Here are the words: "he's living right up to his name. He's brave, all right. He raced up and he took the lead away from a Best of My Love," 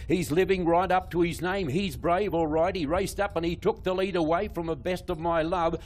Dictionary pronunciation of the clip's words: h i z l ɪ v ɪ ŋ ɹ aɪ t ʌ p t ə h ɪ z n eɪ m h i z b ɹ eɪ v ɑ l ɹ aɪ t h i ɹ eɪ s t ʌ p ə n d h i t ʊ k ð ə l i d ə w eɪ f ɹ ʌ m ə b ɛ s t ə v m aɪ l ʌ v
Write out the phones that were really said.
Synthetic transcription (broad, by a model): h i z l ɪ v ɪ ŋ ɹ aɪ t ʌ p t ə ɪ z n eɪ m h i z b ɹ eɪ v ɑ l ɹ aɪ t h i ɹ eɪ s t ʌ p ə n i t ʊ k ð ə l i d ə w eɪ f ɹ ʌ m ə b ɛ s t ə v m aɪ l ʌ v